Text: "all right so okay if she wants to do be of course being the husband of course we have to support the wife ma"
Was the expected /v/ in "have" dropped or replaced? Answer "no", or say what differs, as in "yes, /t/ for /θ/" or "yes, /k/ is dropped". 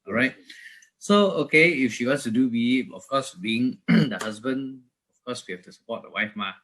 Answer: yes, /f/ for /v/